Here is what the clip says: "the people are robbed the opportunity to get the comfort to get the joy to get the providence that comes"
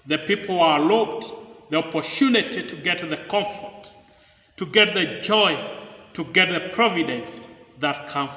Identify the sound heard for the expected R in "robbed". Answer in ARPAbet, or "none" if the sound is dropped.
L